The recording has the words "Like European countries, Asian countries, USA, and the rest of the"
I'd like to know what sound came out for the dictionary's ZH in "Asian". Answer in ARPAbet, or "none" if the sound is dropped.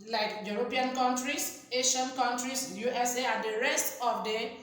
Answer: SH